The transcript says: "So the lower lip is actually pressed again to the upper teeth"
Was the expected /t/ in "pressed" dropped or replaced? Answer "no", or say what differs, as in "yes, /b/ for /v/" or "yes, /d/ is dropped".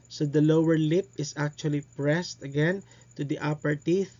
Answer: no